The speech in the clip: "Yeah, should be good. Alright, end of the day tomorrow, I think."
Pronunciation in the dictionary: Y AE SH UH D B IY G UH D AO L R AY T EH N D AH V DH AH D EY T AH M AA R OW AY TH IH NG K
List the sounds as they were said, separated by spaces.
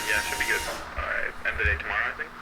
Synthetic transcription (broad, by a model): Y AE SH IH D B IY G UH D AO R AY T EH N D DH AH D EY T AH M AA R OW AY TH IH NG K